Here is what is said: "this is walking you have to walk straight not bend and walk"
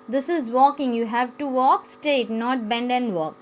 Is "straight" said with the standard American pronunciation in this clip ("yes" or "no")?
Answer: no